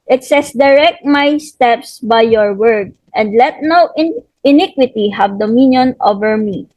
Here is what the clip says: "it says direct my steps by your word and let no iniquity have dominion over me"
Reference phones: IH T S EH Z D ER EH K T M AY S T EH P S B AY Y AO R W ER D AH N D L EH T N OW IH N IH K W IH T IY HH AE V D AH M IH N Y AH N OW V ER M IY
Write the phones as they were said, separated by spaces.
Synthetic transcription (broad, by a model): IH T S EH S D ER EH K T M AY S T EH P S B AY Y AO R W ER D AH N D L EH T N OW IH N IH K W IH T IY HH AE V D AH M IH N Y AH N OW V ER M IY